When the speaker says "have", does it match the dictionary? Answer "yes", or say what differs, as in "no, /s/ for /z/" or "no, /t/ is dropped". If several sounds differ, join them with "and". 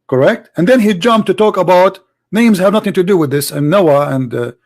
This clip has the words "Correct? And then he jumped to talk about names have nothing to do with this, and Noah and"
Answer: yes